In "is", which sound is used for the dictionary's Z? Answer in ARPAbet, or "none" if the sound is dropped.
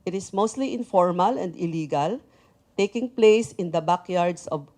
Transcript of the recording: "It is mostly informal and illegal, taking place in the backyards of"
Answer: S